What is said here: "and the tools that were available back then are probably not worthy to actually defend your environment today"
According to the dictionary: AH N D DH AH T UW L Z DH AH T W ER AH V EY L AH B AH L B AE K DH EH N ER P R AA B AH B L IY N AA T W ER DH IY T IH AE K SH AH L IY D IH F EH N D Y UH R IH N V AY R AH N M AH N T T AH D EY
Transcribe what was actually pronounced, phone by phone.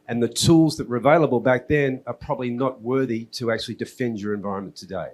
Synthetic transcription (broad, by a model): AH N DH AH T UW L Z DH AH T W ER AH V EY L AH B AH L B AE K DH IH N ER P R AA B AH B L IY N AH T W ER DH IY T IH AE K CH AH L IY D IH F EH N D Y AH R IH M V AY R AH N M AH N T T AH D EY